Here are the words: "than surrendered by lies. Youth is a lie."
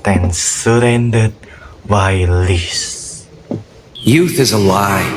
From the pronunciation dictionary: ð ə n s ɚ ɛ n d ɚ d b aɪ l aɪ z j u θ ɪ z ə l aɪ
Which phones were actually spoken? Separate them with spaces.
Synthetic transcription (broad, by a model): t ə n s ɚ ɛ n d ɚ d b aɪ l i s j u θ ɪ z ə l aɪ